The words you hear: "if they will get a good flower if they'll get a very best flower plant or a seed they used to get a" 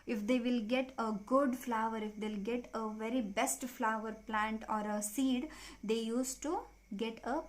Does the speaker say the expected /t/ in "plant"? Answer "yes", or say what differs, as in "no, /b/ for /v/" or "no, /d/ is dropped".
yes